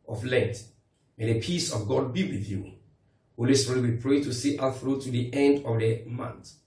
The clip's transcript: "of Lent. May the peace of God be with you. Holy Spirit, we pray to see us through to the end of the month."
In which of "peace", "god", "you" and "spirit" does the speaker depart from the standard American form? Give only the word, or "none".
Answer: spirit